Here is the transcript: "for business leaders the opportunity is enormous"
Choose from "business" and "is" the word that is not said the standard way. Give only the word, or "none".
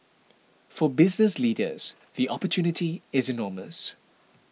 none